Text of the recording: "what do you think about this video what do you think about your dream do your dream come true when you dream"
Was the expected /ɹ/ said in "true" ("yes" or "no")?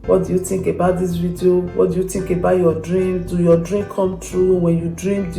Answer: yes